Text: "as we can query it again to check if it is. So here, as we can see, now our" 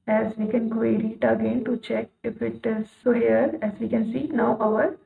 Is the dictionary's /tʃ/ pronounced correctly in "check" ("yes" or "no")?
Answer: yes